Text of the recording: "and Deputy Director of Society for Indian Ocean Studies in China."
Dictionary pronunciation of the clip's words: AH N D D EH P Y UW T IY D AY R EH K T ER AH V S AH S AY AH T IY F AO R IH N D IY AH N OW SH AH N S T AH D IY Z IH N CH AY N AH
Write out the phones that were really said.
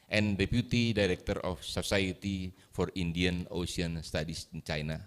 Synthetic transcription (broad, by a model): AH N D D EH P Y UW T IY D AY R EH K T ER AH F S AH S AY AH T IY F AO R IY N D IY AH N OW S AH N S T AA D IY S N CH AY N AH